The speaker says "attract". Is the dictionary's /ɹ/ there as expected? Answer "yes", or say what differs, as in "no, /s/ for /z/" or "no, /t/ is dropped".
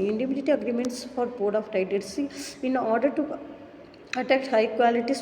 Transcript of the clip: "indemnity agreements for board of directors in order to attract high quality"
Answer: no, /ɹ/ is dropped